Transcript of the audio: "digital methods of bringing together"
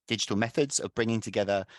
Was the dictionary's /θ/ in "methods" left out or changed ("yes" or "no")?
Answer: no